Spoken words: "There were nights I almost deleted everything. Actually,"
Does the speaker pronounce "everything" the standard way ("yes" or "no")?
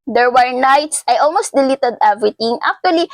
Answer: no